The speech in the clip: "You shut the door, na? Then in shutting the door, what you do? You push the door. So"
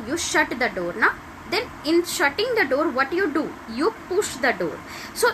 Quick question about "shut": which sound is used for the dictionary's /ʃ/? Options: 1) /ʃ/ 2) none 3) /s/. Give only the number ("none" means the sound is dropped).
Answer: 1